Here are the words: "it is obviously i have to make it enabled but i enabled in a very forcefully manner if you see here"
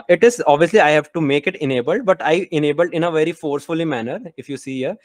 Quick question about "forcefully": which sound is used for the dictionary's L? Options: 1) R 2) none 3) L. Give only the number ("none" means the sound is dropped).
3